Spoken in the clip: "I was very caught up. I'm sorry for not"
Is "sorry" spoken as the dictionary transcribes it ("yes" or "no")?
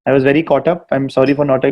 yes